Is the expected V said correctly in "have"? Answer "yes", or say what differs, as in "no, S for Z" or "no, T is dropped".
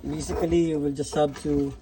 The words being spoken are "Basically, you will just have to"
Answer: no, B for V